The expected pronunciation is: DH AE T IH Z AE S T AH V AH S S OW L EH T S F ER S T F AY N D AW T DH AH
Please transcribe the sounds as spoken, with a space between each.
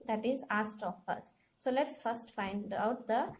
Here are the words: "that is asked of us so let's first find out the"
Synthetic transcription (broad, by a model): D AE T IH Z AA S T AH P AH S S OW L EH T S F ER S T F AY N D AW T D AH